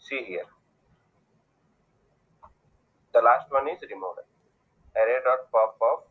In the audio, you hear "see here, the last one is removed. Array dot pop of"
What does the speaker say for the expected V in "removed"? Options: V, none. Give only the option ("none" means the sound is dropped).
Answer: none